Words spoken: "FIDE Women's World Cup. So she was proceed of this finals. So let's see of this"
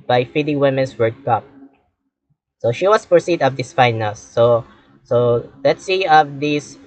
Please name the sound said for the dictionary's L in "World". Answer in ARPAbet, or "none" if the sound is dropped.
none